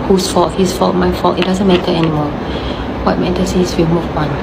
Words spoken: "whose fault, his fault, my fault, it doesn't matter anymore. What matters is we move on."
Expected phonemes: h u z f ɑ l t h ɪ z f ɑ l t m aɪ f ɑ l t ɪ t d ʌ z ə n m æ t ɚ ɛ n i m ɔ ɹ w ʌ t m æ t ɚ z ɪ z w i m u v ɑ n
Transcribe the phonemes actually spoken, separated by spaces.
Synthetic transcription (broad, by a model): h u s f ɑ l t h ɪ s f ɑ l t m aɪ f ɑ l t ɪ t d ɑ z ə n m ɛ t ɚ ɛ n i m ɔ l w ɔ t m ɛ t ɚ s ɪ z w i m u p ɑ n